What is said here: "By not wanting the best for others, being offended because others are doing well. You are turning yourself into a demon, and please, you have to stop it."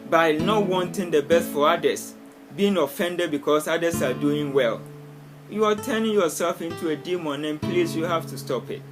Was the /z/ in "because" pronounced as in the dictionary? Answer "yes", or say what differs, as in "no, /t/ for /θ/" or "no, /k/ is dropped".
no, /s/ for /z/